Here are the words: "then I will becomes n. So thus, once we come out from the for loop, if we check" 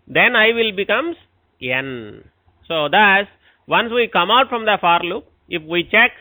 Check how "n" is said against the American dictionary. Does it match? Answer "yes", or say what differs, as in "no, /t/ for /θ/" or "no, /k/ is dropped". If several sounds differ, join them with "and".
yes